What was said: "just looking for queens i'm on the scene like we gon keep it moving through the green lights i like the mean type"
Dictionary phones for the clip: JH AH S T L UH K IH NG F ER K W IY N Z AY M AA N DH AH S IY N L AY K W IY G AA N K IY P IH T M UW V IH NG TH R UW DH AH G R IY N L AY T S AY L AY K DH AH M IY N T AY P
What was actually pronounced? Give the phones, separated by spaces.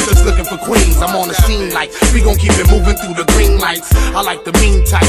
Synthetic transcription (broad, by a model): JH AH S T L UH K IH NG F ER K W IY N Z AY M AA N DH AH S IY N L AY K W IY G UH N K IY P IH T M UW V IH NG TH R UW DH AH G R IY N L AY T S AY L AY K DH AH M IY N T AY